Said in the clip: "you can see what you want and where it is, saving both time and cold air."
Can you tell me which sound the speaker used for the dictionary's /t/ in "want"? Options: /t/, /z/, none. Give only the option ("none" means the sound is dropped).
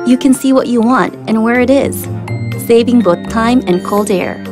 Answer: /t/